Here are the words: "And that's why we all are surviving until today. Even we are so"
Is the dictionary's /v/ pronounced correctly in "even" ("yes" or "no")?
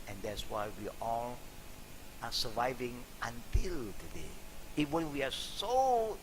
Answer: no